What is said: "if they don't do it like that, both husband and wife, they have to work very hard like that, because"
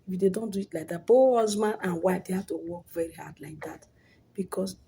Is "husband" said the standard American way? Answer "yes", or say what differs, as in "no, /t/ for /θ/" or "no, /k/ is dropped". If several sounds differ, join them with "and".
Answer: no, /d/ is dropped